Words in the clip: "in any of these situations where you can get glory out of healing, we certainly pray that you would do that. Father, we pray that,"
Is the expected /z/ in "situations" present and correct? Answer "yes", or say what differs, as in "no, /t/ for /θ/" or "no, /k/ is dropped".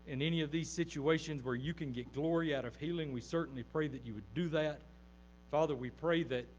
yes